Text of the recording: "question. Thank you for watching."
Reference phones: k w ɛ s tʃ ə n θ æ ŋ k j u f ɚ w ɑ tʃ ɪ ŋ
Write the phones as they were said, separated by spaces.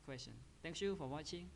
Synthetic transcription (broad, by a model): k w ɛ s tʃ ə n t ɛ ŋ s j u f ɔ w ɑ tʃ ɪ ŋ